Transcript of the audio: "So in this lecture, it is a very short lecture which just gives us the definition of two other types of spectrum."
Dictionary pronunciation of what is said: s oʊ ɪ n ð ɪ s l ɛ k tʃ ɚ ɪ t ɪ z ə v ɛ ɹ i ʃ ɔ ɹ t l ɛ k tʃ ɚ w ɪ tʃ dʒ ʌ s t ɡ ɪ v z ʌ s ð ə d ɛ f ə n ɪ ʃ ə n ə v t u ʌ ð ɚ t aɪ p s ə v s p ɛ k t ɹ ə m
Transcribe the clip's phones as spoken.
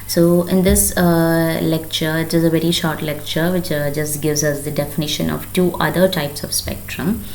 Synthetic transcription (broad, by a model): s oʊ ɪ n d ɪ s l ɛ k tʃ ɚ ɪ t ɪ z ə v ɛ ɹ i ʃ ɔ ɹ t l ɛ k tʃ ɚ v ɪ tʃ dʒ ʌ s t ɡ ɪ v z ʌ s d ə d ɛ f ə n ɪ ʃ ə n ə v t u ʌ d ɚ t aɪ p s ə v s p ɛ k t ɹ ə m